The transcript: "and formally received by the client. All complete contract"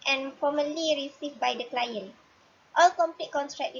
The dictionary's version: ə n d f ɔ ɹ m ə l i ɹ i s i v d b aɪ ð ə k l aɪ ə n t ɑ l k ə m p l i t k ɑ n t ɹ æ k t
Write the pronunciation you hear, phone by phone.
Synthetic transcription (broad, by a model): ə n f ɔ m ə l i ɹ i s i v b aɪ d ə k l aɪ ə n t ɑ l k ə m p l i t k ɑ n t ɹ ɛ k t